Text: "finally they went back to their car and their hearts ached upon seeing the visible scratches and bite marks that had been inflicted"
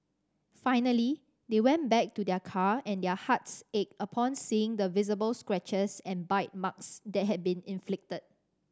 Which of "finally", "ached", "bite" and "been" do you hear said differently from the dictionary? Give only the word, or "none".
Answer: ached